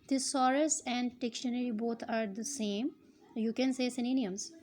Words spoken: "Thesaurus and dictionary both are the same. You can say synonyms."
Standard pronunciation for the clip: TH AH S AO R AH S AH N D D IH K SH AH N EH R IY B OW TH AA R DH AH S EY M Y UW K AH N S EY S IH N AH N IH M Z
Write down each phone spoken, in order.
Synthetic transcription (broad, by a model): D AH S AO R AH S AH N D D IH K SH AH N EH R IY B OW T AA R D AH S EY M Y UW K AH N S EY S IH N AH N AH M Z